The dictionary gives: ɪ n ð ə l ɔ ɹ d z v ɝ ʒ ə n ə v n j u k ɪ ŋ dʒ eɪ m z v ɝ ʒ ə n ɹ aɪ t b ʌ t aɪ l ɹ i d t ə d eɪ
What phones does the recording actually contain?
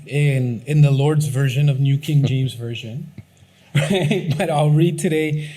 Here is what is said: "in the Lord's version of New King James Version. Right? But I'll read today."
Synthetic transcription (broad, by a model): ɪ n ð ə l ɔ ɹ d z v ɝ ʒ ə n ə v n j u k ɪ ŋ dʒ eɪ m z v ɝ ʒ ə n ɹ aɪ t b ʌ t aɪ l ɹ i d t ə d eɪ